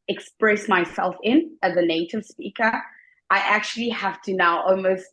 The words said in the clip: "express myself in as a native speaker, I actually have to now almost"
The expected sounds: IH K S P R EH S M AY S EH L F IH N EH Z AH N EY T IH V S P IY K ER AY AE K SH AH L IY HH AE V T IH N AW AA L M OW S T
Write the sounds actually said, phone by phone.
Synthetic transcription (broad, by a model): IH K S P R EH S M AY S EH L F IH N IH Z AH N EY T IH V S P IY K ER AY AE K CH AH L IY HH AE F T IH N AW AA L M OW S T